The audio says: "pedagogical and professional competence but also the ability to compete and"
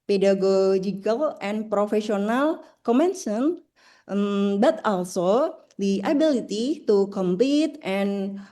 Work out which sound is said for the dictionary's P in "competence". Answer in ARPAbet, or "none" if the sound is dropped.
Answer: none